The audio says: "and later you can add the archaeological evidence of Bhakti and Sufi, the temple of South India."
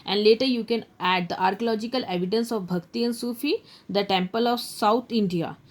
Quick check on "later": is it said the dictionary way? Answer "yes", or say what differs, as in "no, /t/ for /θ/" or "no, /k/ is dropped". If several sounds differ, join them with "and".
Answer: yes